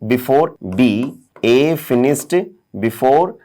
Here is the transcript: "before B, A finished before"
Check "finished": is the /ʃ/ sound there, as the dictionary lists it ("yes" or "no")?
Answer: no